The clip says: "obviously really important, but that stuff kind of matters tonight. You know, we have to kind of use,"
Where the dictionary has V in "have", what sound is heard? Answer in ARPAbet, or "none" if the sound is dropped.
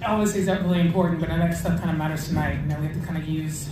F